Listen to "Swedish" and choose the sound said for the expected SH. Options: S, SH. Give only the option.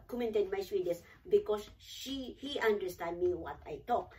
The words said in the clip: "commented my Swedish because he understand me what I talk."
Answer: S